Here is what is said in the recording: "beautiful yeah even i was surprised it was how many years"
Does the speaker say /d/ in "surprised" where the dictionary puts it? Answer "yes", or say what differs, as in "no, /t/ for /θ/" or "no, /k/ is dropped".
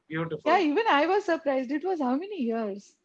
yes